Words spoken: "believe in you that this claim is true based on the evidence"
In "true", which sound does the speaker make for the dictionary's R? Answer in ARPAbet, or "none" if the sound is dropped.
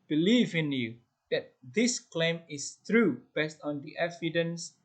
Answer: R